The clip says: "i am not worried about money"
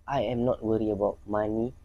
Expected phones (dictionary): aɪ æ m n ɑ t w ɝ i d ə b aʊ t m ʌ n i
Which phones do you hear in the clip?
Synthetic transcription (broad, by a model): aɪ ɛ m n ɑ t w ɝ i ə b aʊ t m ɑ n i